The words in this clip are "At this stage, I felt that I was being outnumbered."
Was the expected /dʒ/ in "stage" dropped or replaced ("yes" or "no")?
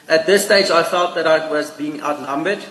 no